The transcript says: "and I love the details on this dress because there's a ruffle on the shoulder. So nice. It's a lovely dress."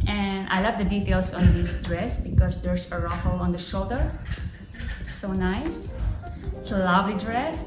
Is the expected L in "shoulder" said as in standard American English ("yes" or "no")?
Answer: yes